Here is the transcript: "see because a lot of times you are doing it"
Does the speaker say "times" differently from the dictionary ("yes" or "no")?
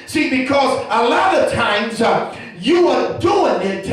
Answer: no